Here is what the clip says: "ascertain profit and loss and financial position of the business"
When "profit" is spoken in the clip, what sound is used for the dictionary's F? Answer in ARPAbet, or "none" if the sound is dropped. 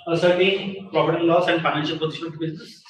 P